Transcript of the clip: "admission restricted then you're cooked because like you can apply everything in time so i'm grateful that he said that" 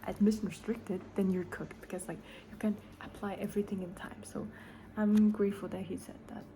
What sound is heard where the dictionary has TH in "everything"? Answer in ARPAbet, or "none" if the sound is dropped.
TH